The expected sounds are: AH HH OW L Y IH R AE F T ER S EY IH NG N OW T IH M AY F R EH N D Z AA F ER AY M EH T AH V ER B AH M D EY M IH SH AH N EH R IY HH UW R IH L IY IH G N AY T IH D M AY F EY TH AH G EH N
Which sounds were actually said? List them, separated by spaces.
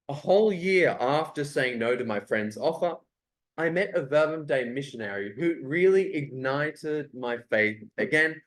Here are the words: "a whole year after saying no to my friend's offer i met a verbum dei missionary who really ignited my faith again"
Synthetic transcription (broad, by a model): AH HH OW L Y IH R AE F T ER S EY IH NG N OW T IH M AY F R EH N D Z AA F ER AY M EH T AH V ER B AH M D EY M IH SH AH N EH R IY HH UW R IH L IY IH G N AY T IH D M AY F EY TH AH G EH N